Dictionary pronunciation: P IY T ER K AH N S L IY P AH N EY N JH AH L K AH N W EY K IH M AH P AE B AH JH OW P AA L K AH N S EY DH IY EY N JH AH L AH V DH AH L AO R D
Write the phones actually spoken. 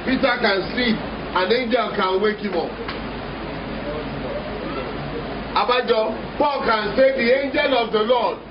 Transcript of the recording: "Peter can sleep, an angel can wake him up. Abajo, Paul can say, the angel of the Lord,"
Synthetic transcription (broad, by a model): P IY T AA K AH N S IY AH N EY N JH AH L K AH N W EY K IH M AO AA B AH JH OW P AA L K AH N S EY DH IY EY N JH AH L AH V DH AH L AO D